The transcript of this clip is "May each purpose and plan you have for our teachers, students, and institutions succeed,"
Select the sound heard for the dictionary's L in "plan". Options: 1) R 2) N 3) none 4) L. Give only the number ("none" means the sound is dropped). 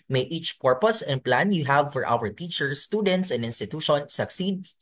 4